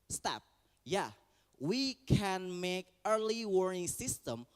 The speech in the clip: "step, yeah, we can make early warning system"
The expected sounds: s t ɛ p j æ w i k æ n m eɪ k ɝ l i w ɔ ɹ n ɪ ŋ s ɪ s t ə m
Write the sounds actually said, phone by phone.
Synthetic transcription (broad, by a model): s t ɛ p j æ w i k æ n m eɪ k ɝ l i w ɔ ɹ ɪ ŋ s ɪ s t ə m